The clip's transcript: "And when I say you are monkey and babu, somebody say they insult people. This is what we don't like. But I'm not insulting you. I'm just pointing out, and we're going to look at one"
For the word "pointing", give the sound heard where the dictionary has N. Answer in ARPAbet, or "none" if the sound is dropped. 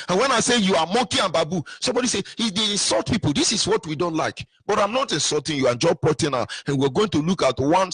none